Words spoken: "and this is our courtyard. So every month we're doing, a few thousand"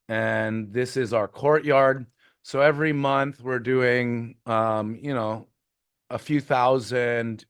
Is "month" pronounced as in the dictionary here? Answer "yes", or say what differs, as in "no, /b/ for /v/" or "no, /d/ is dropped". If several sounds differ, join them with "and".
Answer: yes